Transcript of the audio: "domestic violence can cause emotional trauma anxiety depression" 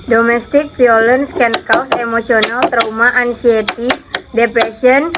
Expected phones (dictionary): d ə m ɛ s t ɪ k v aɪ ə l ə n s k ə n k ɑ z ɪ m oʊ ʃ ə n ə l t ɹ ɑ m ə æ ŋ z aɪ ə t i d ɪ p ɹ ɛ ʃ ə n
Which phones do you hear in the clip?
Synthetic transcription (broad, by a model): d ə m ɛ s t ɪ k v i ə l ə n s k ə n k ɑ s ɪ m oʊ s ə n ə l t ɹ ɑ m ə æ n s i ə t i d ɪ p ɹ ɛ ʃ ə n